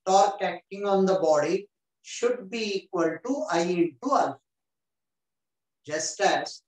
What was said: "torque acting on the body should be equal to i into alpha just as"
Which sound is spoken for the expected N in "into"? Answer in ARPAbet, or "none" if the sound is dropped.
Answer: none